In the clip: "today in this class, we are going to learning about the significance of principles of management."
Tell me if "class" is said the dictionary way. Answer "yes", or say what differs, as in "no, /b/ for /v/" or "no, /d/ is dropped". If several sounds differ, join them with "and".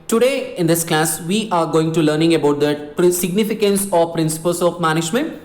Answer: yes